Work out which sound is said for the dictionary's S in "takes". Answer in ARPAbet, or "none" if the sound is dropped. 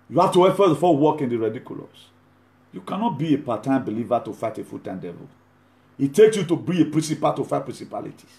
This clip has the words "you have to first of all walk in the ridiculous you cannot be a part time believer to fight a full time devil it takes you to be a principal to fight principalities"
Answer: S